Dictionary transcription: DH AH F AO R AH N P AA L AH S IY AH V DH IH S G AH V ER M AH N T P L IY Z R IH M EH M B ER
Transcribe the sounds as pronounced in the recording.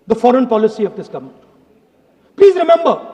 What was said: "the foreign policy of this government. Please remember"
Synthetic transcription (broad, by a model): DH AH F AO R AH N P AA L AH S IY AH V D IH S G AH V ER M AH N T P L IY Z R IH M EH M B ER